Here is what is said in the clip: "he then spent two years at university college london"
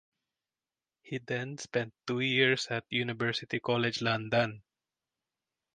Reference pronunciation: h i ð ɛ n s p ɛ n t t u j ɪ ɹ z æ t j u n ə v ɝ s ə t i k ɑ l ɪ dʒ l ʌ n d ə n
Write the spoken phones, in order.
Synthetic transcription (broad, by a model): h i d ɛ n s p ɛ n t t u j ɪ ɹ s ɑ t j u n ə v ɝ s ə t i k ɑ l ɪ dʒ l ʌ n d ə n